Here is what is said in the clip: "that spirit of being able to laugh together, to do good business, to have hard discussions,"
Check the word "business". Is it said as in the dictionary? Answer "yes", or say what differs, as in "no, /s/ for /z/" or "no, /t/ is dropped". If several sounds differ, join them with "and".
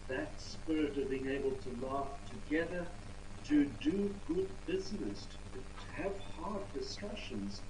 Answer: yes